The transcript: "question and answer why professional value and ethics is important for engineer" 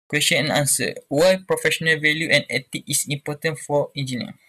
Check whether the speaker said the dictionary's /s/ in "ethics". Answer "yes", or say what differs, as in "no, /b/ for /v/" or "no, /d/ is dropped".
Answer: no, /s/ is dropped